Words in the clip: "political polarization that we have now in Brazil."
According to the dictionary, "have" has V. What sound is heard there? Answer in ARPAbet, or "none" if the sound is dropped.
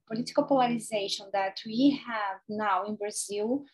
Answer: V